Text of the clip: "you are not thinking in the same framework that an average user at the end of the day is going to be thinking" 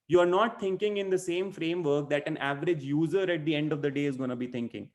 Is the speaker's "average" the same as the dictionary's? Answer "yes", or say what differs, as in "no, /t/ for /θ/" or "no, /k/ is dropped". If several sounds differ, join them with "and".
yes